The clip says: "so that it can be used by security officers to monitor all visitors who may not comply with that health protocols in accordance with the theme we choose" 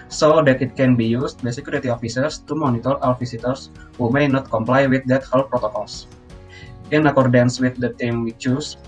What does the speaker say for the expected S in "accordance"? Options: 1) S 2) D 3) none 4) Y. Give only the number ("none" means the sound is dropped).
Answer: 1